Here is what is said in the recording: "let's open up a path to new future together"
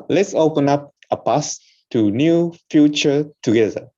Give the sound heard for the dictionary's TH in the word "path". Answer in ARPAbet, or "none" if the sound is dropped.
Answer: S